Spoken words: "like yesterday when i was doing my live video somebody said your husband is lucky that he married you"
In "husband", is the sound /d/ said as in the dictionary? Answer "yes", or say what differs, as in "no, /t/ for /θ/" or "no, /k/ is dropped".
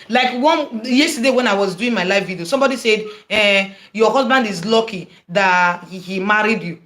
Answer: yes